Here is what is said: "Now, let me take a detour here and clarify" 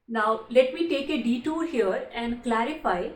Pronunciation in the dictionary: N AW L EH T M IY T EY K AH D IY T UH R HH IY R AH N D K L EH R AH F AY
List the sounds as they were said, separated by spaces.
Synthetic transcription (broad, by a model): N AW L EH T M IY T EY K AH D IY T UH L HH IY R AH N D K L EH R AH F AY